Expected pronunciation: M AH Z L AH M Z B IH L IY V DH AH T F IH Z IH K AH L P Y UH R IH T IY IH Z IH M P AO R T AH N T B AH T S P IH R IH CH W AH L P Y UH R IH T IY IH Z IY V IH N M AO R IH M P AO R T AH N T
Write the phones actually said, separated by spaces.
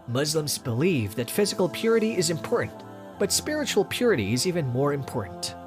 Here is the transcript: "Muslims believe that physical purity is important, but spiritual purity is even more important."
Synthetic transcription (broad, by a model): M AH Z L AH M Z B IH L IY V DH AH T F IH Z IH K AH L P Y UH R IH T IY IH Z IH M P AO R T N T B AH T S P IH R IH CH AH L P Y UH R IH T IY IH Z IY V IH N M AO R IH M P AO R T N T